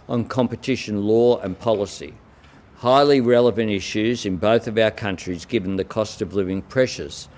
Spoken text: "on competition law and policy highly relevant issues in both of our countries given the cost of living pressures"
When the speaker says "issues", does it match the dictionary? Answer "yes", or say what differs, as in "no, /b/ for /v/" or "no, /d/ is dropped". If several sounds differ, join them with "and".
yes